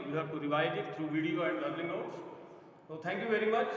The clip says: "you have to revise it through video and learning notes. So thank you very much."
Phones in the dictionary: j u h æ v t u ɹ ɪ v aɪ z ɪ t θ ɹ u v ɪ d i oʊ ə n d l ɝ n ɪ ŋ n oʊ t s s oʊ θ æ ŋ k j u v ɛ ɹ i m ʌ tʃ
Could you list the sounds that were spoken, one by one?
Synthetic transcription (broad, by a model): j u h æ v t u ɹ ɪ v aɪ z ɪ t t ɹ u v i d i oʊ ə n d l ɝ l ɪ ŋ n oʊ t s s oʊ t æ ŋ k j u v ɛ ɹ i m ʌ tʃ